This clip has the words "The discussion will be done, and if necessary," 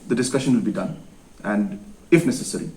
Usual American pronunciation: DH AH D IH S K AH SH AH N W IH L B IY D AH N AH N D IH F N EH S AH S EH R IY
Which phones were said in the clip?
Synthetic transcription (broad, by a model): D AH D IH S K AH SH AH N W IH L B IY D AH N AH N D IH F N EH S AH S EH R IY